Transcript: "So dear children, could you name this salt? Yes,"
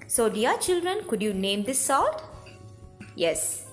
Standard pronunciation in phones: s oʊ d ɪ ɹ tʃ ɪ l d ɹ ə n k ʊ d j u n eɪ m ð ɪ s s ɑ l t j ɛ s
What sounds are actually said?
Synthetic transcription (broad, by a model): s oʊ d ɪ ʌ tʃ ɪ l d ɹ ə n k ʊ d j u n eɪ m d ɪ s s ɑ t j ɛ s